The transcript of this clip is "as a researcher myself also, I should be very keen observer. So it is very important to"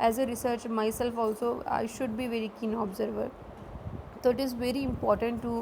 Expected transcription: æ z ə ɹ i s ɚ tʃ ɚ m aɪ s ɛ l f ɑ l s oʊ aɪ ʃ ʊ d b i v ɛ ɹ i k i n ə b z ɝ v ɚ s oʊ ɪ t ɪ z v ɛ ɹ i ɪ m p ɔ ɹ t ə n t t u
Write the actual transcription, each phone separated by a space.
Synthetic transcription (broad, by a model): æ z ə ɹ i s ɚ tʃ m aɪ s ɛ l f ɑ l s oʊ aɪ ʃ ʊ d b i v ɛ ɹ i k i n ə b z ɝ v ɚ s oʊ ɪ t ɪ z v ɛ ɹ i ɪ m p ɔ ɹ t ə n t t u